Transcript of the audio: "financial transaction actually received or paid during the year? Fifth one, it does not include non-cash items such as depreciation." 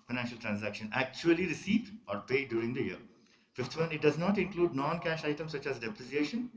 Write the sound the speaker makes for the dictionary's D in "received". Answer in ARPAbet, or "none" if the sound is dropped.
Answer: none